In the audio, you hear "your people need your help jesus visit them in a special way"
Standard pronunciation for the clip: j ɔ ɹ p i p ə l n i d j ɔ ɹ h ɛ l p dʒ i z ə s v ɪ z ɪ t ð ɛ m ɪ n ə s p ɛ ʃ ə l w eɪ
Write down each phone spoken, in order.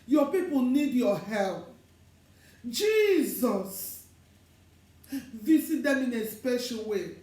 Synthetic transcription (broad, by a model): j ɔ p i p ə l n i d j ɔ h ɛ l p dʒ i z ə s v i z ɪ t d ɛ m ɪ n ə s p ɛ ʃ ə l w eɪ